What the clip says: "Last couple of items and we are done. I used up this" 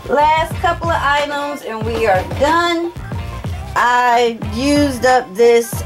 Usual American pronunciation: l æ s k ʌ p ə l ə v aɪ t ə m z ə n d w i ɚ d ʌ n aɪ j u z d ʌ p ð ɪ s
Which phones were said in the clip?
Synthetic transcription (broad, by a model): l æ s k ʌ p l ə v aɪ t ə m z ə n w i ɚ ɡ ʌ n aɪ j u z d ʌ p ð ɪ s